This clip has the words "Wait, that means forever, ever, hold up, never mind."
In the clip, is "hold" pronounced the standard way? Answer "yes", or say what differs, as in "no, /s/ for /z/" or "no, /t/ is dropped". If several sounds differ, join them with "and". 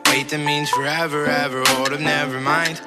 no, /l/ is dropped